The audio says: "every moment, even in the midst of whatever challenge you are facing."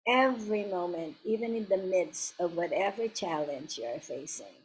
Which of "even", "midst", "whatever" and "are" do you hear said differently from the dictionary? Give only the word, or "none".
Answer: none